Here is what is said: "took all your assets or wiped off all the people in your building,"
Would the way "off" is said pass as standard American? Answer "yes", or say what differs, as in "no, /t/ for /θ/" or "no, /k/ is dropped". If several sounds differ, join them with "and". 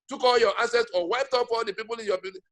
no, /p/ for /f/